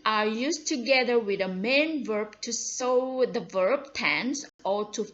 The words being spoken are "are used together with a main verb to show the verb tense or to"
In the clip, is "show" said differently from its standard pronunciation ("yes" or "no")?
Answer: yes